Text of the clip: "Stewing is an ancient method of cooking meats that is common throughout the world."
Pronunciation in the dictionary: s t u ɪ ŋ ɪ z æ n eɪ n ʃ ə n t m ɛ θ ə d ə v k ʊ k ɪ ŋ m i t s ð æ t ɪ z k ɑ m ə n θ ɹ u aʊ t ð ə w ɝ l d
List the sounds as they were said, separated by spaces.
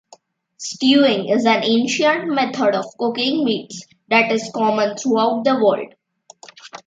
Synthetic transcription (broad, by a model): s t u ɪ ŋ ɪ z æ n eɪ n ʃ ə n t m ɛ t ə d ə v k ʊ k ɪ ŋ m i t s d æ t ɪ z k ɑ m ə n t ɹ u aʊ t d ə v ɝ l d